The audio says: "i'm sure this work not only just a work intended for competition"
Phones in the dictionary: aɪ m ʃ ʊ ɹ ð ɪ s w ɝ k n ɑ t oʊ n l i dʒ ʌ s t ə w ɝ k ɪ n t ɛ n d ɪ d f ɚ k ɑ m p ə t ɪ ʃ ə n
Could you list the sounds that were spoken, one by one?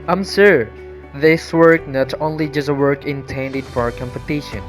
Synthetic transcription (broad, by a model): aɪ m s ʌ ɹ ð ɪ s w ɝ k n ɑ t oʊ n l i dʒ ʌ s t ə w ɝ k ɪ n t ɛ n d ɪ d f ɚ k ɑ m p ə t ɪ ʃ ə n